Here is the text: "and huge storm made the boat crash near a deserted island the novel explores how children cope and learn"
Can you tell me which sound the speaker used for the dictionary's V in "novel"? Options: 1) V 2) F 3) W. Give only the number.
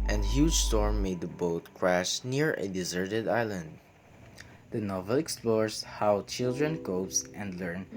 1